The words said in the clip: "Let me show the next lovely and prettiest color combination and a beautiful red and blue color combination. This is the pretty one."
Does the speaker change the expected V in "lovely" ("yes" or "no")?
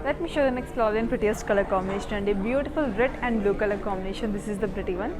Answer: yes